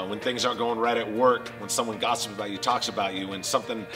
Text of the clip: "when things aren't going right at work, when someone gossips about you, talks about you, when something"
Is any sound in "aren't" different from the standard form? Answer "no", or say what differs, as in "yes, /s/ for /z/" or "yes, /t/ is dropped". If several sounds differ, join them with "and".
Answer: yes, /n/ is dropped